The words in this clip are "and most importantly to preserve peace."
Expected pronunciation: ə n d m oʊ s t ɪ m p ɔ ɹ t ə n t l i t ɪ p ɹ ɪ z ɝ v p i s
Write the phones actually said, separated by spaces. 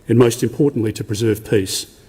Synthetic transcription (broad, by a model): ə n m oʊ s t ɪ m p ɔ ɹ t n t l i t ɪ p ɹ ɪ z ɝ v p i s